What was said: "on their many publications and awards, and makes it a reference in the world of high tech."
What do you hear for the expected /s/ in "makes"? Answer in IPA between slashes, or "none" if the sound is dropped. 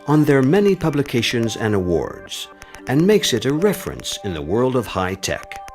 /s/